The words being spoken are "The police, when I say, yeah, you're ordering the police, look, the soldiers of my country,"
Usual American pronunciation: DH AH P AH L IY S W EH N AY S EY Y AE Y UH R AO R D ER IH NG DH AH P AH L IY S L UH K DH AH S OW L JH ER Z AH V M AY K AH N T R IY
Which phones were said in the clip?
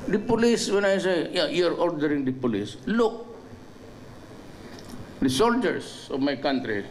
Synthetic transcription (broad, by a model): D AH P AH L IY S W EH N AY S EY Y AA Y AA R AO R D ER IH NG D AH P AH L IY S L UH K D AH S OW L JH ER S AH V M AY K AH N T R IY